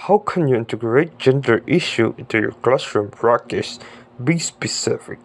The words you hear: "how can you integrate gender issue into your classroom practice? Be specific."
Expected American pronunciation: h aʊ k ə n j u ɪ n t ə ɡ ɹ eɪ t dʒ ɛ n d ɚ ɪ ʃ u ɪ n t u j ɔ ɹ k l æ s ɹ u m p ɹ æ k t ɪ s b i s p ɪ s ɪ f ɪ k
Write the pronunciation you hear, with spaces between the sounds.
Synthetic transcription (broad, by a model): h aʊ k ə n j u ɪ n t ə ɡ ɹ eɪ t dʒ ɛ n d ɚ ɪ ʃ u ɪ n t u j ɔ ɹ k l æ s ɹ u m b ɹ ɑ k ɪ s b i s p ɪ s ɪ f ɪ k